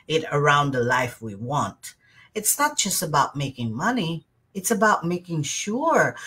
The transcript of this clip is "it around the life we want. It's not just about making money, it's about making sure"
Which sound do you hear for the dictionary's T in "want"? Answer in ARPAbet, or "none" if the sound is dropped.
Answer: T